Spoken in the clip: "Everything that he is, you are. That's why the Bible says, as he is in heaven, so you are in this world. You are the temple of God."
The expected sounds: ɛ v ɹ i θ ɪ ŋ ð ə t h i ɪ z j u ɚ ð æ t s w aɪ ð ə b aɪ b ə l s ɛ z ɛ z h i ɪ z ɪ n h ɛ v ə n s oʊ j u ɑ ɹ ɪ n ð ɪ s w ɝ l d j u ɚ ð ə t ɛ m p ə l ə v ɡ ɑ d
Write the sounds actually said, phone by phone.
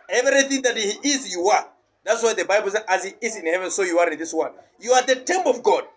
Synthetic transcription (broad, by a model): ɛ v ɹ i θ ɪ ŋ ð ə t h i ɪ z j u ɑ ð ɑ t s w aɪ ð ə b aɪ b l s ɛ ɛ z h i ɪ z ɪ n h ɛ v ə n s oʊ j u ɑ ɹ ɪ n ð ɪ s w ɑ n j u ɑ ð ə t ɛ m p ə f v ɡ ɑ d